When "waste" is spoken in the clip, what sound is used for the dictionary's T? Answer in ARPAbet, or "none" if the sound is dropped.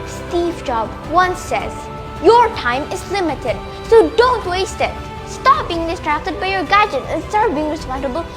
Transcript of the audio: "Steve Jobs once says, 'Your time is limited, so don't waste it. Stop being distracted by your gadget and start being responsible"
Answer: T